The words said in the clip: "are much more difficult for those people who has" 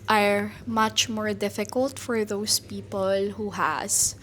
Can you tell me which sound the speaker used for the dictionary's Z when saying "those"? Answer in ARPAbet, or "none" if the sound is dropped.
S